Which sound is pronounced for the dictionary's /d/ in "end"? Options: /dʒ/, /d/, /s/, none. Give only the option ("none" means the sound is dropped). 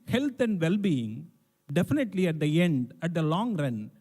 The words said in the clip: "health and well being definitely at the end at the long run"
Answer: /d/